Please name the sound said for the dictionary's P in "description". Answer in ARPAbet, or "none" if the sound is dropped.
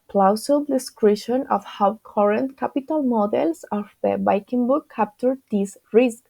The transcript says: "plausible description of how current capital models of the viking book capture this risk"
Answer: none